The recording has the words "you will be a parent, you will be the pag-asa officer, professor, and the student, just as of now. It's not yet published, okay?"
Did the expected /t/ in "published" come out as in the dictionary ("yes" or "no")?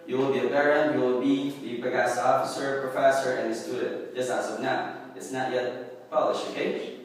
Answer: no